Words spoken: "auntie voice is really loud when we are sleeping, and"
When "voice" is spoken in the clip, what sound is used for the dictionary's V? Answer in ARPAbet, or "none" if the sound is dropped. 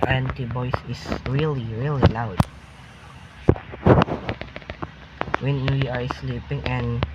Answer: B